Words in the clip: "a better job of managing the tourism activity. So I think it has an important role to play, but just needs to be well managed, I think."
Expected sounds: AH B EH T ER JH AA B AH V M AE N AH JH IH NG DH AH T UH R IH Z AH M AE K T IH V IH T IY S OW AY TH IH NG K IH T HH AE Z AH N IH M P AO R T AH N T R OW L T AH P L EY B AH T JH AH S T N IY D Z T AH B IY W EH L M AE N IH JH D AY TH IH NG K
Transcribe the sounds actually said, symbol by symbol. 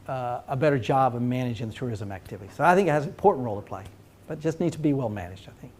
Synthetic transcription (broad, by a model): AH B EH T ER JH AA B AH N M AE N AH JH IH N DH AH T UH R IH Z AH M AE K T IH V IH T IY S OW AY TH IH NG K IH T HH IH Z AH N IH M P AO R T N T R OW L T AH P L EY B AH T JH AH S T N IY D T AH B IY W EH L M AE N IH JH D AY TH IH NG K